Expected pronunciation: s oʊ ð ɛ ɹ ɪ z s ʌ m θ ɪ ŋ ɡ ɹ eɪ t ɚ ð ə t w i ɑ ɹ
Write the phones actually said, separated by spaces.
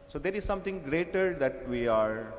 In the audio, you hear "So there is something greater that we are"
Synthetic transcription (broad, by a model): s oʊ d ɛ ɹ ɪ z s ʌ m t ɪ ŋ ɡ ɹ eɪ t ɚ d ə t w i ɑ ɹ